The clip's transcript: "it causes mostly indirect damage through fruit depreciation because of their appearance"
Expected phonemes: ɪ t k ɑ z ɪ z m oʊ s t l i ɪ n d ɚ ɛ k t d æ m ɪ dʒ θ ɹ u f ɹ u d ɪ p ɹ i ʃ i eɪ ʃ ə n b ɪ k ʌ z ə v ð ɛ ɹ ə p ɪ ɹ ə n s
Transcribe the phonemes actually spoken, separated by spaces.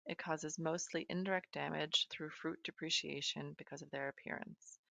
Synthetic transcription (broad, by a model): ɪ t k ɑ z ɪ z m oʊ s t l i ɪ n d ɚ ɛ k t d æ m ɪ dʒ θ ɹ u f ɹ u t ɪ p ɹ i ʃ i eɪ ʃ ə n b ɪ k ʌ z ə v ð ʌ ɹ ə p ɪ ɹ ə n s